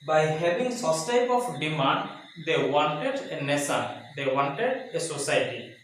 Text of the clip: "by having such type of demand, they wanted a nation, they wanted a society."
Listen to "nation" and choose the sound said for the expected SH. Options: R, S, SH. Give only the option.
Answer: S